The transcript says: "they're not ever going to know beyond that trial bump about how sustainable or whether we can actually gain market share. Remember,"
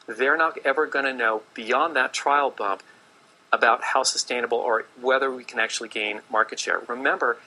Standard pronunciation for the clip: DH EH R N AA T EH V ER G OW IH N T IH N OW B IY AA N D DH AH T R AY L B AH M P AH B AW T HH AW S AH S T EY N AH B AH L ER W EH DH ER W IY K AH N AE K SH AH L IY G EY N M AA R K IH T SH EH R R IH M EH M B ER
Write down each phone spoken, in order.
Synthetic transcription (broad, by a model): DH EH R N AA T EH V ER G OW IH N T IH N OW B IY AA N DH AH T R AY L B AH M P AH B AW T HH AW S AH S T EY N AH B L ER W EH DH ER W IY K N AE K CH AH L IY G EY N M AA R K IH T SH EH R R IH M EH M B ER